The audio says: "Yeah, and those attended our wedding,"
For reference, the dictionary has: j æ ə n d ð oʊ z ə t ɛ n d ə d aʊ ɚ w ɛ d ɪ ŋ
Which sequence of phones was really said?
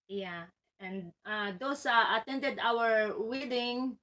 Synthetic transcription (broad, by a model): j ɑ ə n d oʊ s ə t ɛ n d ə d aʊ ɚ w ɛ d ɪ ŋ